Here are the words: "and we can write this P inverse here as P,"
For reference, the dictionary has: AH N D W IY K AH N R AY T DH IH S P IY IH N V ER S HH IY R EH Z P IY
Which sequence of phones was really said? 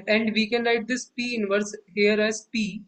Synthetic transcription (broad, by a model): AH N D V IY K AH N L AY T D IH S P IY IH N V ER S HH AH R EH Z P IY